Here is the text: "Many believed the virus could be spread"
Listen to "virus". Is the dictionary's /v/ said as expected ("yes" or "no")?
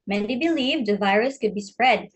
yes